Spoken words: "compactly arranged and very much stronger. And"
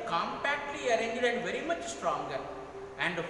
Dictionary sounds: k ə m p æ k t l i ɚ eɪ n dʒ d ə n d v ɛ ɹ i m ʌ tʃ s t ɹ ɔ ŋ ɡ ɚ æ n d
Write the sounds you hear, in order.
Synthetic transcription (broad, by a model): k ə m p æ k t l i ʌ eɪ n dʒ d ə n d v ɛ ɹ i m ʌ tʃ s t ɹ ɔ ŋ ɡ ɚ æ n d